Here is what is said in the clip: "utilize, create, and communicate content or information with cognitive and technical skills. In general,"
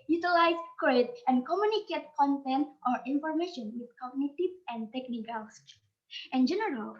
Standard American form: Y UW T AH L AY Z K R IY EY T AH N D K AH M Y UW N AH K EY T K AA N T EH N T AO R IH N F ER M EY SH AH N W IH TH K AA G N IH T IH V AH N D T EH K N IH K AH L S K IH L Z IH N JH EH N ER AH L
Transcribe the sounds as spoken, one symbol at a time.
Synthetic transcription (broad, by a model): Y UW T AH L AY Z K IY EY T AH N D K AH M Y UW N AH K EY T K AA N T EH N T AO R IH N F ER M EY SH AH N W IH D K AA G N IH T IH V AH N D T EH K N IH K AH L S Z IH N JH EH N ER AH L